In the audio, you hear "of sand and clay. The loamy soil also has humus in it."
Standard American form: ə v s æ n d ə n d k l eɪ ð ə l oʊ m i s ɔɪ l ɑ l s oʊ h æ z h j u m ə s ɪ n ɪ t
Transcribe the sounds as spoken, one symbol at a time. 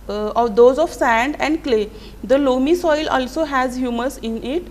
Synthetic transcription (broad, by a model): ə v s æ n d ə n d k l eɪ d ə l oʊ m i s ɔɪ l ɑ l s oʊ h æ z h j u m ə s ɪ n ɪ t